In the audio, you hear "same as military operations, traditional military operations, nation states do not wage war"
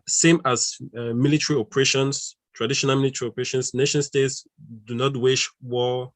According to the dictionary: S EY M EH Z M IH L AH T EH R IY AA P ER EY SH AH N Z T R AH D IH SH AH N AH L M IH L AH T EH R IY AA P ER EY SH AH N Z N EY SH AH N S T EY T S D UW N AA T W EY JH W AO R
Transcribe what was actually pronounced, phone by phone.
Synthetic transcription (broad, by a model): S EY M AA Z M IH L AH T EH R IY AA P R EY SH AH N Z T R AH D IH SH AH N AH L M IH L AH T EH R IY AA P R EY SH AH N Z N EY SH AH N S T EY T S D UW N AA T W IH SH W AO